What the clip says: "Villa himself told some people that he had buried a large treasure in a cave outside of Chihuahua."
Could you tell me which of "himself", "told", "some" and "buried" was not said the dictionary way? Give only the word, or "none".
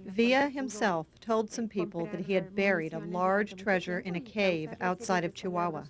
none